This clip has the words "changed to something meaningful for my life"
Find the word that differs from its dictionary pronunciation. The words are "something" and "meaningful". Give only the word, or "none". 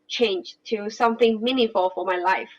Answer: meaningful